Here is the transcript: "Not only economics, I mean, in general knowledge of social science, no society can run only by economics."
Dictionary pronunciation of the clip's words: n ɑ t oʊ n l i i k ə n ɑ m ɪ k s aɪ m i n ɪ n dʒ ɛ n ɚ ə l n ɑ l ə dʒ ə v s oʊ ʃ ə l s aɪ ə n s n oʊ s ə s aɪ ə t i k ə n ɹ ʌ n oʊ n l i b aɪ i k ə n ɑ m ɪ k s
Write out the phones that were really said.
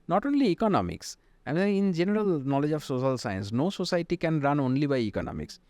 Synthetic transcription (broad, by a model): n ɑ t oʊ n l i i k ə n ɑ m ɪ k s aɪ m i ɪ n dʒ ɛ n ɚ ə l n ɑ l ə dʒ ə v s oʊ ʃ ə l s aɪ ə n s n oʊ s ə s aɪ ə t i k ə n ɹ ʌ n oʊ n l i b aɪ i k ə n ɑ m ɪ k s